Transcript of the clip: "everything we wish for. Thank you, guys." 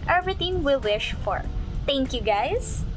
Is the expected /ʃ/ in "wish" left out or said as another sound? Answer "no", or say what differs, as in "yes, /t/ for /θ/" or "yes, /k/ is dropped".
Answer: no